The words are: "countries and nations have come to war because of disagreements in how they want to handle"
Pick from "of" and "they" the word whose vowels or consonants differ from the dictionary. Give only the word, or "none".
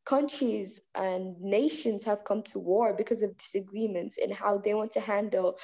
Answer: none